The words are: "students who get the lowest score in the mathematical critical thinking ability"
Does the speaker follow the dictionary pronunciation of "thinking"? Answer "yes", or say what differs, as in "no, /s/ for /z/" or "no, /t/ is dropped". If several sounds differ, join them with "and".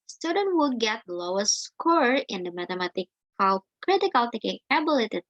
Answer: no, /t/ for /θ/ and /ŋ/ is dropped